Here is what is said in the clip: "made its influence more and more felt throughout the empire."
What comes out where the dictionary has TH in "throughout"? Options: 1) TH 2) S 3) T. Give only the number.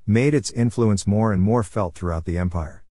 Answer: 1